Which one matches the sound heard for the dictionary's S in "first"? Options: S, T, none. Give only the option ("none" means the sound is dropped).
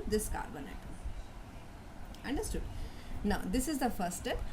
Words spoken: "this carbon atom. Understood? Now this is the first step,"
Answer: none